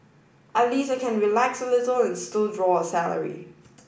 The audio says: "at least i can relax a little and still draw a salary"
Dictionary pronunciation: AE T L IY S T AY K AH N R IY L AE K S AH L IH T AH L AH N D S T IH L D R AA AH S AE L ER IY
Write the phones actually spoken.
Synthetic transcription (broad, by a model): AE L IY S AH K AH N R IY L AE K S AH L IH T AH L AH N S T IH L D R AA AH S AE L ER IY